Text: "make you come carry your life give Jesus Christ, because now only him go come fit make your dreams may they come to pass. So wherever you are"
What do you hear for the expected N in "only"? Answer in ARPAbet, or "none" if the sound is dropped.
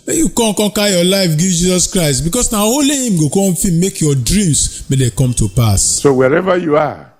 none